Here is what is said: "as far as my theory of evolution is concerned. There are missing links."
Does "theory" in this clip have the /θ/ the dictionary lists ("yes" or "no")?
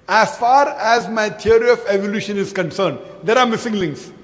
no